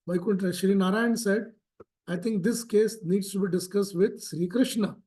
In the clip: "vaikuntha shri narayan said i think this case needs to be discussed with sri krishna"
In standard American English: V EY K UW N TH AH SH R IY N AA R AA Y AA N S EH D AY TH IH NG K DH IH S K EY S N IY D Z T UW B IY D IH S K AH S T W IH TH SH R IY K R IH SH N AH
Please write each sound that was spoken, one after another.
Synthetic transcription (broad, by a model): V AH K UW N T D SH R IY N AA R AA Y AA N S EH D AY T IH NG K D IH S K EY S N IY D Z T UW B IY D IH S K AH S T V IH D SH R IY K R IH SH N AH